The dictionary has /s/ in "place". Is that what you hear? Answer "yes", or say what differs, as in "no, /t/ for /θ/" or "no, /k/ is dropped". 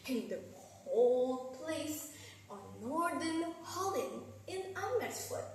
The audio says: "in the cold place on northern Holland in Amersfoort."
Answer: yes